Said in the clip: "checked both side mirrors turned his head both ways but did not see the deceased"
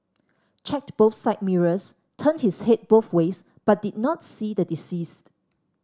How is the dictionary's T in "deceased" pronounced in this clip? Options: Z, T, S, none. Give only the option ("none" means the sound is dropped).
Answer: T